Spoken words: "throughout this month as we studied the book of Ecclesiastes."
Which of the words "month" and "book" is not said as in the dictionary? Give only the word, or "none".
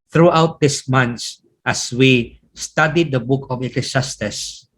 month